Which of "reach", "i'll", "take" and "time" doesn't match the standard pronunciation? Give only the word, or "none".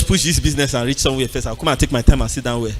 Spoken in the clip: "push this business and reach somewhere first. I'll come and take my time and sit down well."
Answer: i'll